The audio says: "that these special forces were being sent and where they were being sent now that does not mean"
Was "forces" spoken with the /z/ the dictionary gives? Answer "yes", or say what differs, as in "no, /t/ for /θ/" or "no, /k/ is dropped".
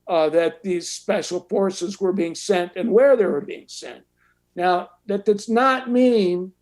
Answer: yes